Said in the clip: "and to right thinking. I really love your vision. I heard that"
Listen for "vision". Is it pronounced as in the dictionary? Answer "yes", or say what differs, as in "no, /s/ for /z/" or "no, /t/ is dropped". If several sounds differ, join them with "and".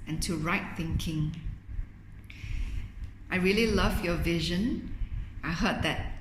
yes